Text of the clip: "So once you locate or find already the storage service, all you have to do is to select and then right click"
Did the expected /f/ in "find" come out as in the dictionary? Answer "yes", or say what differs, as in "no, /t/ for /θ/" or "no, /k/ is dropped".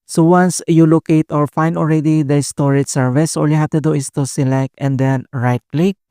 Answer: yes